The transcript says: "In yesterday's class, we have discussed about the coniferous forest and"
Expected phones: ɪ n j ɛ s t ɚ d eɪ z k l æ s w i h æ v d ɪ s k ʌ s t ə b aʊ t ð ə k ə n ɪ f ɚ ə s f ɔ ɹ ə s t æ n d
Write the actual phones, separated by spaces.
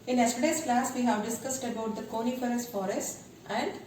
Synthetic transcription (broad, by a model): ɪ n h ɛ s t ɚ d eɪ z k l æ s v i h æ v d ɪ s k ʌ s t ə b aʊ t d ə k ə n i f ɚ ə s f ɔ ɹ ə s t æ n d